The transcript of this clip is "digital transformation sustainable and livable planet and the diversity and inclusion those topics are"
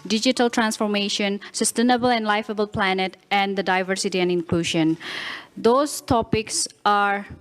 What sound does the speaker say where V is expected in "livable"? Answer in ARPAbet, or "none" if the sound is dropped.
F